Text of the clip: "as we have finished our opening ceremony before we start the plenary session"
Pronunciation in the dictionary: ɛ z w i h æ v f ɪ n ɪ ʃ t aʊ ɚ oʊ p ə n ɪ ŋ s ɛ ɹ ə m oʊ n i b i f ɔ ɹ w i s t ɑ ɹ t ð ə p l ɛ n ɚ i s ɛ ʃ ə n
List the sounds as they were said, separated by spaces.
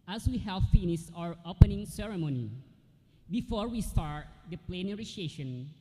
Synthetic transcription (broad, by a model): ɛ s w i h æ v f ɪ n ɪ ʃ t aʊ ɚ oʊ p ə n ɪ ŋ s ɛ ɹ ə m oʊ n i b i f ɔ ɹ w i s t ɑ ɹ t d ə p l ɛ n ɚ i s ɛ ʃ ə n